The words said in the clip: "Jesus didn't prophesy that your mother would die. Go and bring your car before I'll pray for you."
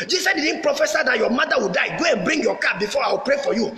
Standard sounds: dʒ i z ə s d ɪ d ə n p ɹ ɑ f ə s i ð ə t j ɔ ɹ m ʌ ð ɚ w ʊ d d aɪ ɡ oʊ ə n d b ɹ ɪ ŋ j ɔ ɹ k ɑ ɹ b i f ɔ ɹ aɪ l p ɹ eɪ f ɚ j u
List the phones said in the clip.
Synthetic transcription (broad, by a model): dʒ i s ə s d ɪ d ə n p ɹ ɑ f ə s i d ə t j ɔ m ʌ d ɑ w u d d aɪ ɡ oʊ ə n b ɹ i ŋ j ɔ k ɑ b i f ɔ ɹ aɪ w p ɹ eɪ f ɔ j u